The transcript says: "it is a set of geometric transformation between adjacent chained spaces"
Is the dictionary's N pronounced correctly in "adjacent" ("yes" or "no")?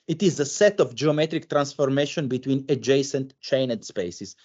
yes